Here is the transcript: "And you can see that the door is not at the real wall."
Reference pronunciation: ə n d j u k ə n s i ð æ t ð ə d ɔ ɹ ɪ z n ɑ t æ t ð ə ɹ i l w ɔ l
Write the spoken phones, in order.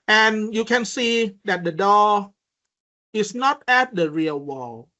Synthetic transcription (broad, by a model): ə n j u k ə n s i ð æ t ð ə d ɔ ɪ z n ɑ t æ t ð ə ɹ i l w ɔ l